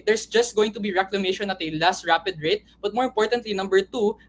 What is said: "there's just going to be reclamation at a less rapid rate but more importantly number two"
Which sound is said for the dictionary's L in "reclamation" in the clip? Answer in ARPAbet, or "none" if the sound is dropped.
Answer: L